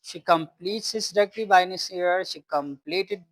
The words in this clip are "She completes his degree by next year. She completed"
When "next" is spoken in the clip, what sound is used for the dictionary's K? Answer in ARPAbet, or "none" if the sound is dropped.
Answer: none